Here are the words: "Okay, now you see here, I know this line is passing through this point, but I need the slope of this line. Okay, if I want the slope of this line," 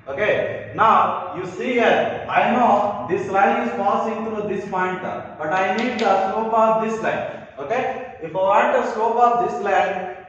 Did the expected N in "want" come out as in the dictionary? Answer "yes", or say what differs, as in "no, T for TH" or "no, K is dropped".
no, N is dropped